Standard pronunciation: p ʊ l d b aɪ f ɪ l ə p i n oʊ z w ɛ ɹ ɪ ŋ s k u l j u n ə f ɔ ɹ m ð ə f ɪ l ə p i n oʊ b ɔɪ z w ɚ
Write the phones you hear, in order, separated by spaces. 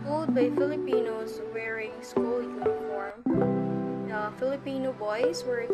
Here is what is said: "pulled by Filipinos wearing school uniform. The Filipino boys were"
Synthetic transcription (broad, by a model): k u l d b aɪ f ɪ l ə p i n oʊ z w ɛ ɹ ɪ ŋ s k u l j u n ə f ɔ ɹ m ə f ɪ l ə p i n oʊ b ɔɪ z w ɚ